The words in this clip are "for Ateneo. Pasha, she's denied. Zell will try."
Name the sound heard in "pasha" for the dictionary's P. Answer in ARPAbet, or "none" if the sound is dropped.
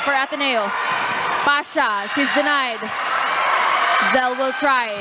F